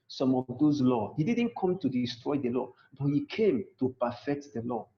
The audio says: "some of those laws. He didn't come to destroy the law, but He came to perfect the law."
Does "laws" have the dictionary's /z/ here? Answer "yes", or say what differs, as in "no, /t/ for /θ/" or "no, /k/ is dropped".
no, /z/ is dropped